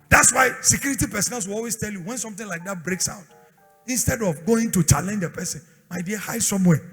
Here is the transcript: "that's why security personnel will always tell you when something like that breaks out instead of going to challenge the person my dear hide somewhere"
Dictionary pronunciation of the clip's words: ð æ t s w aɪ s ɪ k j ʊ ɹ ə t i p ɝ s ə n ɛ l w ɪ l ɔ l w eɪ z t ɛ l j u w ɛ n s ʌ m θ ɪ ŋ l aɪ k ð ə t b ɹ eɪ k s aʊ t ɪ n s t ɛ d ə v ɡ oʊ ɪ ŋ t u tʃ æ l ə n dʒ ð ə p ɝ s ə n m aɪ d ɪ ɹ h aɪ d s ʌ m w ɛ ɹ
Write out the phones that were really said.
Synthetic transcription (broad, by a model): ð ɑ t s w aɪ s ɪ k j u ɹ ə t i p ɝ s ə n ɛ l w ɪ l ɔ l w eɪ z t ɛ l j u w ɛ n s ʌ m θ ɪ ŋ l aɪ k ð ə t b ɹ eɪ k s aʊ t ɪ n s t ɛ d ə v ɡ oʊ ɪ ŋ t u tʃ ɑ l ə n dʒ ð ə p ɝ s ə n m aɪ d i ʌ h aɪ d s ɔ m w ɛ